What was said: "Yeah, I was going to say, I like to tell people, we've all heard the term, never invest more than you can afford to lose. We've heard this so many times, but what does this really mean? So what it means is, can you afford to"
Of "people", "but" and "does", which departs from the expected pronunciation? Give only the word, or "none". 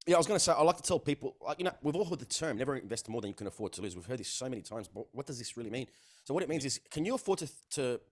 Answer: people